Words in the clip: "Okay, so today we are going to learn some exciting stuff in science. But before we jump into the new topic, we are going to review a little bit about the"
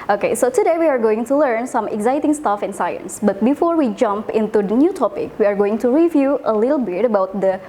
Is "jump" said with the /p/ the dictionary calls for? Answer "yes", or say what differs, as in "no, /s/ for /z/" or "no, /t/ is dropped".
yes